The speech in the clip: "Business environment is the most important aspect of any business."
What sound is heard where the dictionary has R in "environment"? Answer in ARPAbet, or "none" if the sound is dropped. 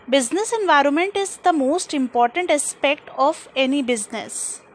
R